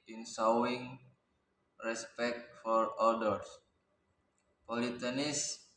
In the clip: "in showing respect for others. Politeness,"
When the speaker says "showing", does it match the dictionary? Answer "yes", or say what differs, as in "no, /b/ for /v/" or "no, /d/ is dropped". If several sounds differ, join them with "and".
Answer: no, /s/ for /ʃ/